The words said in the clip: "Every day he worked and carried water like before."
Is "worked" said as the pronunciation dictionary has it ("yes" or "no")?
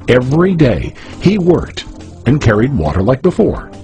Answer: yes